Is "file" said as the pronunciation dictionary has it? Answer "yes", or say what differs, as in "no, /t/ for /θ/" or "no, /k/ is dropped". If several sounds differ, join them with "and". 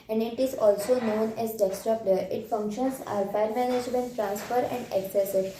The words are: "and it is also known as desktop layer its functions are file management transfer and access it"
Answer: no, /p/ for /f/